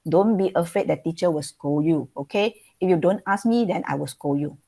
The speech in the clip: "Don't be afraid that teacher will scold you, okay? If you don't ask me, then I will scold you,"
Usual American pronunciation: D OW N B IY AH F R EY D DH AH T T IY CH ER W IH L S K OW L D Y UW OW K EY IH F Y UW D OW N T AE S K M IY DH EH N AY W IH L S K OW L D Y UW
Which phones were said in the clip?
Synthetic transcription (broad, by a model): D OW N B IY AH F EY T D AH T T IY CH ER W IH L S K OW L Y UW OW K EY IH F Y UW D OW N T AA S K M IY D EH N AY W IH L S K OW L Y UW